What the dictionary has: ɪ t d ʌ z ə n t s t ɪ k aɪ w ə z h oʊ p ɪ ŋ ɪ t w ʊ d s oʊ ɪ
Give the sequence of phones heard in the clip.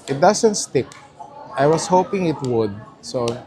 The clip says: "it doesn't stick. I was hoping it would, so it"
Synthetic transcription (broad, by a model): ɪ t d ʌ s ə n t s t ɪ k aɪ w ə s h oʊ p ɪ ŋ ɪ t w ʊ d s oʊ